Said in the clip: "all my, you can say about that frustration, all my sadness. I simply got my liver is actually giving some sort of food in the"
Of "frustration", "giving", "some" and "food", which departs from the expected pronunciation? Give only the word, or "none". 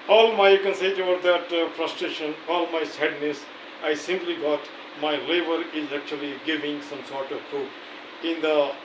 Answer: food